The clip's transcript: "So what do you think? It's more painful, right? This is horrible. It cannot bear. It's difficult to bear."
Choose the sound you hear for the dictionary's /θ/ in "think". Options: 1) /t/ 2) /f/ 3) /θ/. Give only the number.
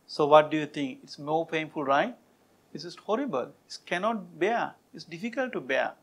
1